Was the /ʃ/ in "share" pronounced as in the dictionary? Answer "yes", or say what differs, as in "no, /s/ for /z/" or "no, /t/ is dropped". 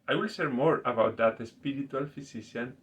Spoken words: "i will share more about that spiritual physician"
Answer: no, /s/ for /ʃ/